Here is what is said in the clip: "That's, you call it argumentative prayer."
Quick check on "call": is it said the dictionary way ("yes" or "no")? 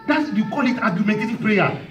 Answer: yes